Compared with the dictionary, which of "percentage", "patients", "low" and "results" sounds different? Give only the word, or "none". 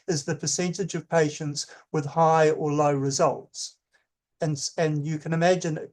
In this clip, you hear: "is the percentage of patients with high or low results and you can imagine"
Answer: none